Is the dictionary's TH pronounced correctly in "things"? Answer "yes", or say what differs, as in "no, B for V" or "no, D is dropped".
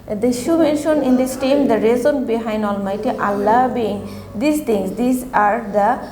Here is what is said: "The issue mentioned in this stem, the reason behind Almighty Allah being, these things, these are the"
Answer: no, T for TH